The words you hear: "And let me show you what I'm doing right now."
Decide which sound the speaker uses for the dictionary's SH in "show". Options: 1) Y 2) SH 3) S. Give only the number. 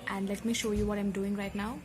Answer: 2